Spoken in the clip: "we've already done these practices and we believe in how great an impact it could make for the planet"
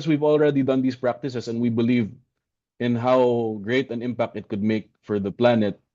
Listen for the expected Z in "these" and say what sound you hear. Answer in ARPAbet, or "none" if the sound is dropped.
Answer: S